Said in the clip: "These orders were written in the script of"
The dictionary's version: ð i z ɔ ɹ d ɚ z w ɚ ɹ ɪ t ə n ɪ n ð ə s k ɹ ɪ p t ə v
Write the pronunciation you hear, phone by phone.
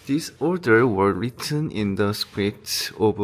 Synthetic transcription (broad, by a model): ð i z ɔ ɹ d ɚ w ɚ ɹ ɪ t ə n ɪ n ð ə s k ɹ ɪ t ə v